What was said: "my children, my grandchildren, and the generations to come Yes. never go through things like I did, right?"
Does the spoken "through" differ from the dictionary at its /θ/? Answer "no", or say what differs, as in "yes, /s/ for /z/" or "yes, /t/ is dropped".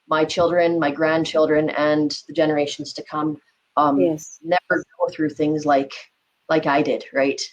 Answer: no